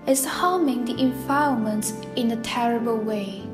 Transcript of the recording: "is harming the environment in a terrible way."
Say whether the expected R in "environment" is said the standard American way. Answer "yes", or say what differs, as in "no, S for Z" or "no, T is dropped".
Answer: no, R is dropped